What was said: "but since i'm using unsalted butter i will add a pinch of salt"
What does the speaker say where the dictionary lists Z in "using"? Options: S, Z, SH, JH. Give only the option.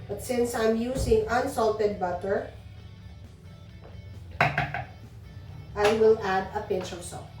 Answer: S